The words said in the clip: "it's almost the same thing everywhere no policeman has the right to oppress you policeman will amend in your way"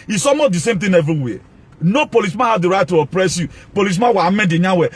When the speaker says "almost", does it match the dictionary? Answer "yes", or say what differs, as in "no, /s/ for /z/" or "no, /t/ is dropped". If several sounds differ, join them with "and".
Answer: no, /l/ is dropped and /s/ is dropped